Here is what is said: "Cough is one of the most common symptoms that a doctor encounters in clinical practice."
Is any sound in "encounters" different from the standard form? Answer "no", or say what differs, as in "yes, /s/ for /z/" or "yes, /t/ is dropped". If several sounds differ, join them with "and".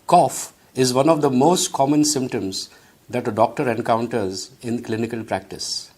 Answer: no